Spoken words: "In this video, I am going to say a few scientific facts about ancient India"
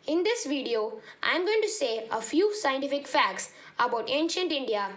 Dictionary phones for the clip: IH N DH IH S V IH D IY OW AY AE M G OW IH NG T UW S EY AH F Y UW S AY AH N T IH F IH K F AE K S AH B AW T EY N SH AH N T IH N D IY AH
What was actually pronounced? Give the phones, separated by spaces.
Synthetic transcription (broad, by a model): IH N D IH S V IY D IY OW AY M G OW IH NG T UW S EY AH F Y UW S AY AH N T IH F IH K F AE K S AH B AW T EY N SH AH N T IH N D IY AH